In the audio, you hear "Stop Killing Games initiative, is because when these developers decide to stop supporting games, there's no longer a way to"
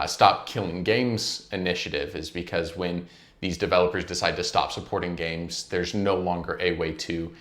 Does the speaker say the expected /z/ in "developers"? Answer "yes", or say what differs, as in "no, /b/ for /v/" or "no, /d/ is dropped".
yes